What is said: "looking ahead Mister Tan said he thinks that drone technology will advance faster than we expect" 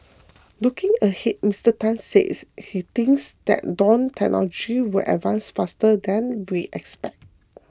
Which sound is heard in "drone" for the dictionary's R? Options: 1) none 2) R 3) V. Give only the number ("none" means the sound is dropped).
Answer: 1